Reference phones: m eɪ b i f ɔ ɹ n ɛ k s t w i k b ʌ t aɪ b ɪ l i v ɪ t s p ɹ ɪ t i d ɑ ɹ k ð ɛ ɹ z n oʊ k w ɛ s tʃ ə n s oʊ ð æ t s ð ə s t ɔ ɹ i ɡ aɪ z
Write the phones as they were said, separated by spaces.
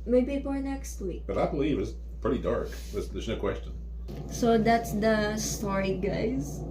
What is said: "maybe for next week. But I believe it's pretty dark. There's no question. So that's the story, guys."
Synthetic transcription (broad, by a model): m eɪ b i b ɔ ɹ n ɛ k s t w i k b ʌ t aɪ b ɪ l i v ɪ t s p ɹ ɪ t i d ɑ ɹ k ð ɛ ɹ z n oʊ k w ɛ s tʃ ə n s oʊ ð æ t s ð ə s t ɔ ɹ i ɡ aɪ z